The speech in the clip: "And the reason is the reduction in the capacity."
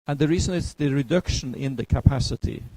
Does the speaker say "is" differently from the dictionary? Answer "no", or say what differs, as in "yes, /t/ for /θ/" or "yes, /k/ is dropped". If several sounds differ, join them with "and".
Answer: yes, /s/ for /z/